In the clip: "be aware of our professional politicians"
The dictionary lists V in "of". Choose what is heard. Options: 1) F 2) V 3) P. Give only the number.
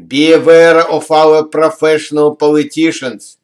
1